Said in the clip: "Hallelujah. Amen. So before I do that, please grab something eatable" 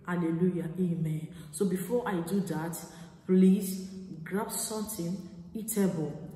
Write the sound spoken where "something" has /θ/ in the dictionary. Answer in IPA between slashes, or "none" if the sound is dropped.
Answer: /t/